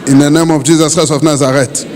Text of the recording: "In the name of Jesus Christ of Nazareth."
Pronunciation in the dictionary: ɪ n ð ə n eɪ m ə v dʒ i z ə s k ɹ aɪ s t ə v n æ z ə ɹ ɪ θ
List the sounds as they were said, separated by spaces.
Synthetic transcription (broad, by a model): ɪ n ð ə n eɪ m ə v dʒ i z ə s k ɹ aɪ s ə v n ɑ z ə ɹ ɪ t